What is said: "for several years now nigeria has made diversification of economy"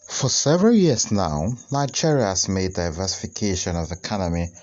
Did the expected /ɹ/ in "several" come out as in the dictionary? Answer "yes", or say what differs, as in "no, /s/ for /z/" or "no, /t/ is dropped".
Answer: yes